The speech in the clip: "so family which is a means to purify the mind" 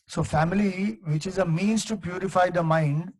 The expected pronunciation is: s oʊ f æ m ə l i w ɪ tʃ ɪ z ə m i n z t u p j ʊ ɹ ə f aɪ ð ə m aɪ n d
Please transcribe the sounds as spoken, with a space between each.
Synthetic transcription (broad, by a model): s oʊ f æ m ə l i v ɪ tʃ ɪ z ə m i n z t u p j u ɹ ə f aɪ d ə m aɪ n d